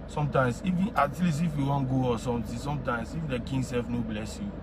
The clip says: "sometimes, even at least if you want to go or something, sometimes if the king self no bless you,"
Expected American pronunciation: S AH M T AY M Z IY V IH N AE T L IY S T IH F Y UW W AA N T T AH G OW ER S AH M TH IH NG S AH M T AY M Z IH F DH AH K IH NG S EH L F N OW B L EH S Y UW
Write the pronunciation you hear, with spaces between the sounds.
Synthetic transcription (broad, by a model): S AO M T AY M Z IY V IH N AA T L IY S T IH F Y UW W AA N G OW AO S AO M T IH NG S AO M T AY M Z IH F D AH K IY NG S EH L F N OW B L EH S Y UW